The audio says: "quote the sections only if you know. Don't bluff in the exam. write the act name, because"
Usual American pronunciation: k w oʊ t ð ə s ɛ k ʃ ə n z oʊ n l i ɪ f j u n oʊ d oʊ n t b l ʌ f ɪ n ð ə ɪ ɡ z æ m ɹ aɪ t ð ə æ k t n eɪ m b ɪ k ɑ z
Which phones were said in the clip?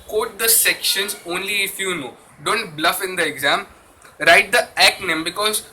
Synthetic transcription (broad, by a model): k oʊ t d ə s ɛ k ʃ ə n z oʊ n l i ɪ f j u n oʊ d oʊ n t b l ʌ f ɪ n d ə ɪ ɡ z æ m ɹ aɪ t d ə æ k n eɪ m b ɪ k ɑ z